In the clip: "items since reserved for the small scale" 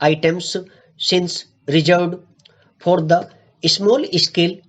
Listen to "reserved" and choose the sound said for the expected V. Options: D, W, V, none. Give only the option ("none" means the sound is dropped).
none